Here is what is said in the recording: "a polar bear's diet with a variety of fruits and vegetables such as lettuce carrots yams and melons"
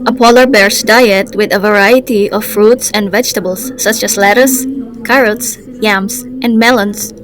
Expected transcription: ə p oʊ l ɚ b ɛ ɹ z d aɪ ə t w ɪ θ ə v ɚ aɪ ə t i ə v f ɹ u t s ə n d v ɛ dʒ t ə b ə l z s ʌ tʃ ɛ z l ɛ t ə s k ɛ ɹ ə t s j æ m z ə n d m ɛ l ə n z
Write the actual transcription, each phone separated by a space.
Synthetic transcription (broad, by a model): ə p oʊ l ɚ b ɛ ɹ s d aɪ ə t w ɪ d ə v ɚ aɪ ə t i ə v f ɹ u t s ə n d v ɛ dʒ t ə b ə l s ʌ tʃ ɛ s l ɛ t ə s k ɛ ɹ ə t s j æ m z ə n d m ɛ l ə n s